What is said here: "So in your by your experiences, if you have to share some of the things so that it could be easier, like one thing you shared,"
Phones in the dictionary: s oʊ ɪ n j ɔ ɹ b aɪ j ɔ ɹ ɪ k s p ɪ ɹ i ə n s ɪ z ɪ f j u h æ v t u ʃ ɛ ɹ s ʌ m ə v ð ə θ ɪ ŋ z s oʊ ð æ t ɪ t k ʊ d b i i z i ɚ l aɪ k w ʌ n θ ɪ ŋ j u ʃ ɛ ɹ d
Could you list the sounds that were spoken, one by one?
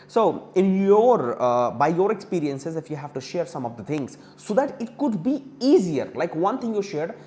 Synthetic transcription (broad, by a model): s oʊ ɪ n j ɔ ɹ b aɪ j ɔ ɹ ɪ k s p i ɹ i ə n s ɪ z ɪ f j u h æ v t u ʃ ɛ ɹ s ʌ m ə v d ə t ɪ ŋ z s oʊ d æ t ɪ t k ʊ d b i i z i ɚ l aɪ k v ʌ n t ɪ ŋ j u ʃ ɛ ɹ d